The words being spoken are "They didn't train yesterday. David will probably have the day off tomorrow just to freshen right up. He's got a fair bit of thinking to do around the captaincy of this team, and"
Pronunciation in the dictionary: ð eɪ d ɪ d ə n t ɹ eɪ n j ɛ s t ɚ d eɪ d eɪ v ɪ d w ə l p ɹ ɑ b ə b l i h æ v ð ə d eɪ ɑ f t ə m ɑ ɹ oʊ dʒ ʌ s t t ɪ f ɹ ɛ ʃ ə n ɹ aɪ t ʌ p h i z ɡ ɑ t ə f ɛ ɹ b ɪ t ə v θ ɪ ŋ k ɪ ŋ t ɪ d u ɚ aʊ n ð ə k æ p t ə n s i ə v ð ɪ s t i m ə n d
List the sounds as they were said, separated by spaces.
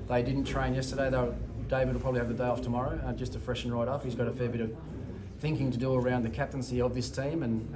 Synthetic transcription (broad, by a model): ð eɪ d ɪ d n t ɹ eɪ n j ɛ s t ɚ d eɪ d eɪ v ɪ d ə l p ɹ ɑ b ə b l i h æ v ð ə d eɪ ɑ f t ə m ɑ ɹ oʊ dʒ ʌ s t t ɪ f ɹ ɛ ʃ n ɹ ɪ t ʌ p h i z ɡ ɑ t ə f ɛ ɹ b ɪ t ə v θ ɪ ŋ k ɪ ŋ t ɪ d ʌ ɚ aʊ n ð ə k æ p t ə n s i ə v ð ɪ s t i m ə n